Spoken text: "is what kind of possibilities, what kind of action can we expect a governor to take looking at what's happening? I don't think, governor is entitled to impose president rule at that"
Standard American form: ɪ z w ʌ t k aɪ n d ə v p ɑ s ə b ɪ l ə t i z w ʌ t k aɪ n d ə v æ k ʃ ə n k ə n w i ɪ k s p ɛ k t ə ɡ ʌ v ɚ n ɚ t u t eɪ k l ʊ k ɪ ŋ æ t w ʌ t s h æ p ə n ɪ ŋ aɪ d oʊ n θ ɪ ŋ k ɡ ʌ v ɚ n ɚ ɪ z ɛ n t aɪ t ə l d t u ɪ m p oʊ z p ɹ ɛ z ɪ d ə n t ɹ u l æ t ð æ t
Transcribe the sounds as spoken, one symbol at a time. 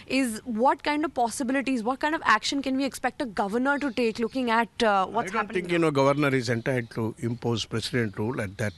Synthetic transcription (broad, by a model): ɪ z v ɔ t k aɪ n d ə v p ɑ s ə b ɪ l ə t i z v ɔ t k aɪ n d ə v æ k ʃ ə n k ə n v i ɪ k s p ɛ k t ə ɡ ʌ v ɚ n ɚ t u t eɪ k l ʊ k ɪ ŋ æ t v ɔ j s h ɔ ə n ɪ ŋ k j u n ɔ ɡ ʌ v ɚ n ɚ ɪ z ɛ n t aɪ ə d t u ɪ m p oʊ z p ɹ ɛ s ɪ d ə n t ɹ u l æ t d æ t